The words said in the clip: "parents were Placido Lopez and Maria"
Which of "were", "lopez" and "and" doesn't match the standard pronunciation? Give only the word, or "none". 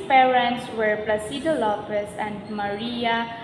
lopez